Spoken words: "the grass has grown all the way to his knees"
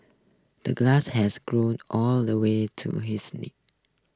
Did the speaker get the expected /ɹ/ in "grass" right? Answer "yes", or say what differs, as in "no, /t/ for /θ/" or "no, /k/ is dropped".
no, /l/ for /ɹ/